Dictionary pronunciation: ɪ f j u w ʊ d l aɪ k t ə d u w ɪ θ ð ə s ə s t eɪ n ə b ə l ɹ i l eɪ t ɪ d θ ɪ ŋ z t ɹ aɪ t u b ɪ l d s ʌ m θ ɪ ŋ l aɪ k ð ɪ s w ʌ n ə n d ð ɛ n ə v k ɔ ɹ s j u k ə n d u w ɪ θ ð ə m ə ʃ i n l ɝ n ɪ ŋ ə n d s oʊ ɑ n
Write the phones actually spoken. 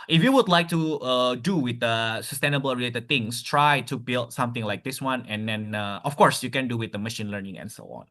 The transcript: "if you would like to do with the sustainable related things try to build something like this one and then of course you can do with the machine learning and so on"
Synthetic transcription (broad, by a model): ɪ f j u w ʊ d l aɪ k t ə d u w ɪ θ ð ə s ə s t eɪ n ə b ə l ɹ i l eɪ t ɪ d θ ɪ ŋ s t ɹ aɪ t u b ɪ l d s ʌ m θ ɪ ŋ l aɪ k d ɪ s w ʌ n ə n d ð ɛ n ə f k ɔ ɹ s j u k ə n d u w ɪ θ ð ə m ə ʃ i n l ɝ n ɪ ŋ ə n s oʊ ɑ n